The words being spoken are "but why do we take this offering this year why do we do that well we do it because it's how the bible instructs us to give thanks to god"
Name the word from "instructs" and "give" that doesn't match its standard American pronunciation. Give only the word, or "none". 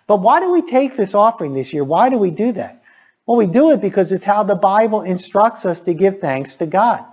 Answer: none